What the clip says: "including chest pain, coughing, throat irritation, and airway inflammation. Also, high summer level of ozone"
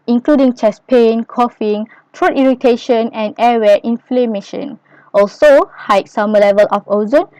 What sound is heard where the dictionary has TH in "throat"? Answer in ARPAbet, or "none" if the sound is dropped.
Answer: T